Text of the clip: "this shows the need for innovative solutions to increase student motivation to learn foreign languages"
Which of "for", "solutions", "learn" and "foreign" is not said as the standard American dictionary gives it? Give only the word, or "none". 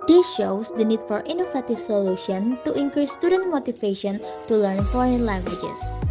solutions